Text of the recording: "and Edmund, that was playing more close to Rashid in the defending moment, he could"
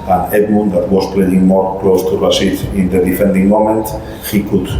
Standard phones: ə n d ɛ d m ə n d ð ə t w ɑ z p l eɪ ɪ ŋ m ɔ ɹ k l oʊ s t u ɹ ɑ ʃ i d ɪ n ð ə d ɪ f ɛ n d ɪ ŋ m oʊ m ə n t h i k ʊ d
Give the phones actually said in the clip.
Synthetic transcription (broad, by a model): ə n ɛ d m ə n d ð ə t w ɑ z p l eɪ ɪ ŋ m ɔ ɹ k l oʊ s t u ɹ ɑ s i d ɪ n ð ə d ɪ f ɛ n d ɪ ŋ m oʊ m ə n t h i k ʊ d